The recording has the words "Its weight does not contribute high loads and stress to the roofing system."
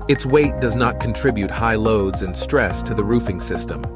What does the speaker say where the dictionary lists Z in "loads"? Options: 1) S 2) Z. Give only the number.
2